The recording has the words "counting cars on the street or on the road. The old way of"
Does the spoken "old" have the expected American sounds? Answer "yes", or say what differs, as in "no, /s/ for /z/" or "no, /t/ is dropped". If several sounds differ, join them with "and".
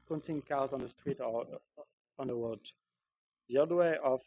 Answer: no, /l/ is dropped